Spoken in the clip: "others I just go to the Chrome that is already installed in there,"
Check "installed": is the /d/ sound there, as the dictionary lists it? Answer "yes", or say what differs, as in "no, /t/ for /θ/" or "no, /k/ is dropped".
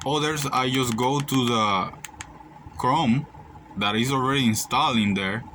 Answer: no, /d/ is dropped